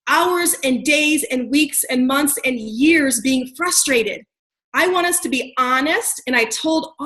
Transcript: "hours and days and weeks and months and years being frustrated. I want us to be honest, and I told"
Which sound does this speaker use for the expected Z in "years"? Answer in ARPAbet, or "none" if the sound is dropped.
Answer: Z